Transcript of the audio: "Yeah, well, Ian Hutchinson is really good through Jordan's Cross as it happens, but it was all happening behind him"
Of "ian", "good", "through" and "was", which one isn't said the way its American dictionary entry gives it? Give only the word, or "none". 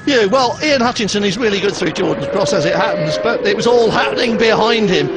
none